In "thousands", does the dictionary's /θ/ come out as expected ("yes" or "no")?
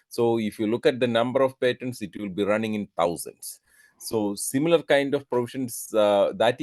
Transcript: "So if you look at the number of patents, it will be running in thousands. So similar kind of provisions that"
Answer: no